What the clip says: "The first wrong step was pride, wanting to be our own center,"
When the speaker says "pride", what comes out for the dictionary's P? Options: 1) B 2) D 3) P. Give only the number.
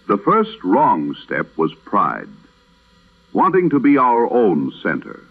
3